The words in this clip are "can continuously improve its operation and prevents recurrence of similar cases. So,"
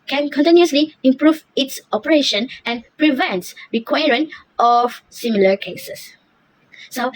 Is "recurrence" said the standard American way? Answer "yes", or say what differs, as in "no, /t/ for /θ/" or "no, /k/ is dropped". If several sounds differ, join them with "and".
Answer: no, /s/ is dropped